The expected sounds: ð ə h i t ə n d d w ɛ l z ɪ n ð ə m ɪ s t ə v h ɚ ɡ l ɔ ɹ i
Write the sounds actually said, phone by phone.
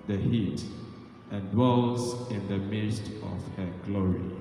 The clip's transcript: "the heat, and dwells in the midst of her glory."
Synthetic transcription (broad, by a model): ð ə h i t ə n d d w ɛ l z ɪ n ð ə m ɪ s t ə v h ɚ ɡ l ɔ ɹ i